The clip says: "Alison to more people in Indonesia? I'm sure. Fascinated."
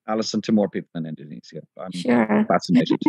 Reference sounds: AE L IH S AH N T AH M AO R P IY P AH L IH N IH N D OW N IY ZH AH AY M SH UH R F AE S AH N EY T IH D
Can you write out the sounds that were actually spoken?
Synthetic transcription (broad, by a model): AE L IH S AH N T AH M AO R P IY P L IH N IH N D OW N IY Z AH AY M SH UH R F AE S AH N EY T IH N